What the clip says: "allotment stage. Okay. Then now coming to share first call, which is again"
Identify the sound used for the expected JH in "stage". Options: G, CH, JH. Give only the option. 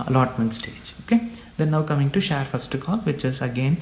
JH